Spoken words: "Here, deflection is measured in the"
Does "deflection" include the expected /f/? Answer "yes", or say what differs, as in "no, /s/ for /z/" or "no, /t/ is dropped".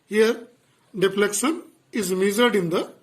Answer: no, /p/ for /f/